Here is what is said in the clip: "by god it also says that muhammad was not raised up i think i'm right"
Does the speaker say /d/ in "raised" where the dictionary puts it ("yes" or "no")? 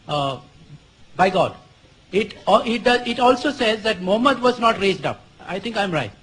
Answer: yes